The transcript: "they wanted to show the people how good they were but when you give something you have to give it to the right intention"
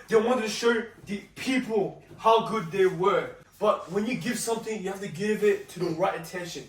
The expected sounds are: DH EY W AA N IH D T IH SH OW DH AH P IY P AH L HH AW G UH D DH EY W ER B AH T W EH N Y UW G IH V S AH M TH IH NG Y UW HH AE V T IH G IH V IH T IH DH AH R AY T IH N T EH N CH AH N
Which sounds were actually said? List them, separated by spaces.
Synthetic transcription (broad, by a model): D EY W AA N T IH SH OW DH AH P IY P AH L HH AW G UH D DH EY W ER B AH T W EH N Y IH G IH V S AH M TH IH NG Y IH HH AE F T IH G IH V IH T IH DH AH R AY T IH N T EH N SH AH N